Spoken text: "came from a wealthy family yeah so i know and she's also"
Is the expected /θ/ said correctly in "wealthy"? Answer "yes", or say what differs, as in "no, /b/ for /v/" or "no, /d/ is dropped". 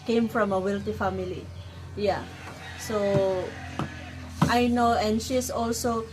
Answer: no, /t/ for /θ/